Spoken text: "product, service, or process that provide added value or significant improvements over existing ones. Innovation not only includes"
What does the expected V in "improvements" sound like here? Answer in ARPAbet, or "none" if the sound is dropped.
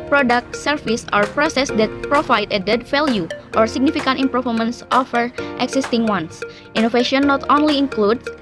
none